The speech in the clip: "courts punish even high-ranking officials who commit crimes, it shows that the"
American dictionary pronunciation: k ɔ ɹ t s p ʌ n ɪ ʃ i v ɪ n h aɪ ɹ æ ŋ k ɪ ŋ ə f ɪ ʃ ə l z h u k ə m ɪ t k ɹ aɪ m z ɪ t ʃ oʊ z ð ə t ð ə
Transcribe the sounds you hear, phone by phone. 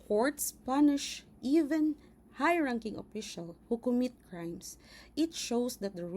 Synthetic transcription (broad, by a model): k ɔ ɹ t s p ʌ n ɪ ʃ i v ɪ n h aɪ ɹ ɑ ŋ k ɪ ŋ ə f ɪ ʃ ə l h u k ə m ɪ t k ɹ aɪ m s ɪ t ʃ oʊ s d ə t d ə